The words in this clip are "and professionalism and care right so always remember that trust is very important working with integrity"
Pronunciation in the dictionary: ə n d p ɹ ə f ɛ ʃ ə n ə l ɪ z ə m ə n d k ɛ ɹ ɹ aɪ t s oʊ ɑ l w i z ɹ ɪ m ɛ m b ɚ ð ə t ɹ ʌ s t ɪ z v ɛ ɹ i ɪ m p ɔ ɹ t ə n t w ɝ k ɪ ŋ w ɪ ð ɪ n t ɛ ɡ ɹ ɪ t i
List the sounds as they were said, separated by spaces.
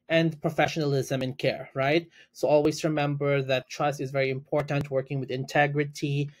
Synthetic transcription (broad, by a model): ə n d p ɹ ə f ɛ ʃ ə n ə l ɪ z ə m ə n k ɛ ɹ ɹ aɪ t s oʊ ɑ l w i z ɹ ɪ m ɛ m b ɚ ð ə t ɹ ʌ s t ɪ z v ɛ ɹ i ɪ m p ɔ ɹ t ə n t w ɝ k ɪ ŋ w ɪ ð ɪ n t ɛ ɡ ɹ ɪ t i